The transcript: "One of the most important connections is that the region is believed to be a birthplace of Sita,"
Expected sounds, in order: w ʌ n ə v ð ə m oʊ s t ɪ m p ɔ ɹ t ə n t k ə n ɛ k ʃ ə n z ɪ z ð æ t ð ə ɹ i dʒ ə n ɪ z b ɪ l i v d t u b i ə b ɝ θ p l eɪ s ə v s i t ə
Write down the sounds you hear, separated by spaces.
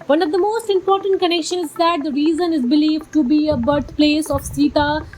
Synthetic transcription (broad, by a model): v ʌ n ə v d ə m oʊ s t ɪ m p ɔ ɹ t ə n t k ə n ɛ k ʃ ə n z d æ t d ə ɹ i z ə n ɪ z b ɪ l i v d t u b i ə b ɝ t p l eɪ s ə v s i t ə